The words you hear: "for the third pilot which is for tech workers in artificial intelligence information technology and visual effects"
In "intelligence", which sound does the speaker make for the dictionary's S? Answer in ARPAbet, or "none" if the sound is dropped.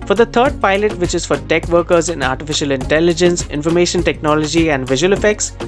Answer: S